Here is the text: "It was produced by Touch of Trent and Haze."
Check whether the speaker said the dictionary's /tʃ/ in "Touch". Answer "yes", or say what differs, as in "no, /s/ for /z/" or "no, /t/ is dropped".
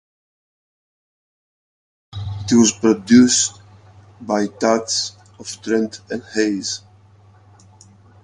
no, /s/ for /tʃ/